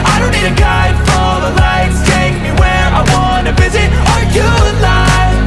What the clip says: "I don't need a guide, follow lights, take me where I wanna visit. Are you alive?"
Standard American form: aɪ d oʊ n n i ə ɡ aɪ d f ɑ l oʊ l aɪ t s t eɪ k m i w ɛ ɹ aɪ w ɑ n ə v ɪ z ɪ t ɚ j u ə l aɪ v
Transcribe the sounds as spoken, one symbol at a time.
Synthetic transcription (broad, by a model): aɪ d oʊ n n i ə ɡ aɪ d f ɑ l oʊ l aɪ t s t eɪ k m i w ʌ ɹ aɪ w ɑ n ə v ɪ z ɪ t ɚ j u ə l aɪ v